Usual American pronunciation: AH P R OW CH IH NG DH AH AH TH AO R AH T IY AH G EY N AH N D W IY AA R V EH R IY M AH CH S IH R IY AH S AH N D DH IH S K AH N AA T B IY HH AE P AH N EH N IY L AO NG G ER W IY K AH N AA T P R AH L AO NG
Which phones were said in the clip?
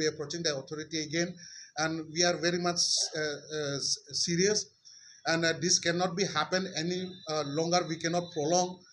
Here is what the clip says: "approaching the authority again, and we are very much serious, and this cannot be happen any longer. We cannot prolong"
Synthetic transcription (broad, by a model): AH P R OW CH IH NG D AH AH T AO R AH T IY AH G EY N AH N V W IY AA R V EH R IY M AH CH S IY R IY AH S AH N D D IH S K AH N AA T B IY HH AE P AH N EH N IY L AO NG G ER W IY K AH N AA T P R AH L AO NG